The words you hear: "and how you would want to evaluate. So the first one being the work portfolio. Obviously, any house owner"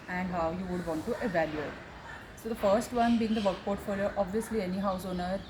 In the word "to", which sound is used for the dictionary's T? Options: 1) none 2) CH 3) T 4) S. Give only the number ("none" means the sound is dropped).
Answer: 3